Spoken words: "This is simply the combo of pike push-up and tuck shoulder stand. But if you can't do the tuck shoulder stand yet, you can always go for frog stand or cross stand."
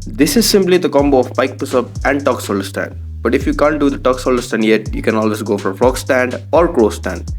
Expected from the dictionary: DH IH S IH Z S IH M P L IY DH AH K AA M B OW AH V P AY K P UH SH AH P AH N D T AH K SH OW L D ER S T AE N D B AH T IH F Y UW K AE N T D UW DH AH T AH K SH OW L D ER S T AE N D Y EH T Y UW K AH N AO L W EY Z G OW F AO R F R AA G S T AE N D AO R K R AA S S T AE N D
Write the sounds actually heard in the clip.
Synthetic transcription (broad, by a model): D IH S IH Z S IH M P L IY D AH K AA M B OW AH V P AY K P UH S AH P AH N D T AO K S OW L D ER S T AE N D B AH T IH F Y UW K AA N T D UW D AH T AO K S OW L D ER S T AE N D Y EH T Y UW K AH N AO L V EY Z G OW F AO R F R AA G S T AE N D AO R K R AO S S T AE N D